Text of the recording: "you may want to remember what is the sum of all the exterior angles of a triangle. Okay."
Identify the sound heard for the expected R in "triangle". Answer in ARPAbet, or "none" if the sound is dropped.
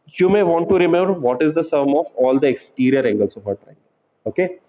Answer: none